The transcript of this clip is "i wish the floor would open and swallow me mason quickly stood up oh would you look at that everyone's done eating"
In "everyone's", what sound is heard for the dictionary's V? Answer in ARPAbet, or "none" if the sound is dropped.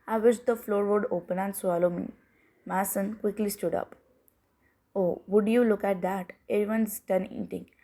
none